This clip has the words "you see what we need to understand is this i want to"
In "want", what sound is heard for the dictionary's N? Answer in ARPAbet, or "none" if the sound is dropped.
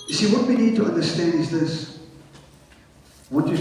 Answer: none